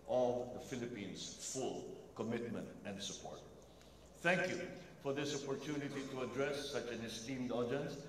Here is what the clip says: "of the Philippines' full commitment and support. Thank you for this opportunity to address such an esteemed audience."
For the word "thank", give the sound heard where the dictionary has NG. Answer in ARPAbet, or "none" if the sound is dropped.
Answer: NG